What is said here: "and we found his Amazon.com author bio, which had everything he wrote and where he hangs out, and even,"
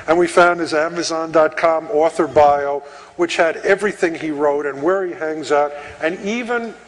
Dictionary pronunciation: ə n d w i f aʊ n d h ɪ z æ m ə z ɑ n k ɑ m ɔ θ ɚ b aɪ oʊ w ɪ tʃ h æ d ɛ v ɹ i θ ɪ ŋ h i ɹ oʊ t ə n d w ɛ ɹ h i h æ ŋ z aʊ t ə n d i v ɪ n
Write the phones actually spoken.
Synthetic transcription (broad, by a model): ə n w i f aʊ n d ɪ z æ m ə z ɑ n k ɑ m ɔ θ ɚ b aɪ oʊ w ɪ tʃ h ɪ d ɛ v ɹ i θ ɪ ŋ i ɹ oʊ t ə n w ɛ ɹ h i h æ ŋ z aʊ t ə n i v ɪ n